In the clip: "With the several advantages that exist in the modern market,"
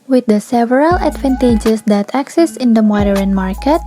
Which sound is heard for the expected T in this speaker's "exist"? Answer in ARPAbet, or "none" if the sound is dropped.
none